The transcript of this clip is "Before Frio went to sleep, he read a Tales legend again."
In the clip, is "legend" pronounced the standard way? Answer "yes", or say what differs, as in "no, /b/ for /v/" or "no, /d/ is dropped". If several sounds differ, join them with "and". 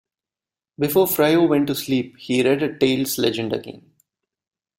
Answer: yes